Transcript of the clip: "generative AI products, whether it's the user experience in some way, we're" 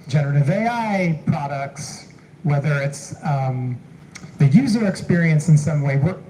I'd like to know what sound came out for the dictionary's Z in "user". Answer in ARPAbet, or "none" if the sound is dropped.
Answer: Z